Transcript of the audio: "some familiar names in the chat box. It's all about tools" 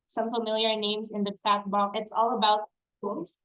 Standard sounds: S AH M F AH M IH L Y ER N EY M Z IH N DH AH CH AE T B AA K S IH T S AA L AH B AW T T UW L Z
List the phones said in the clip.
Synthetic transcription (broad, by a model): S AH M F AH M IH L Y ER N EY M Z IH N DH AH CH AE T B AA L IH T S AA L AH B AW T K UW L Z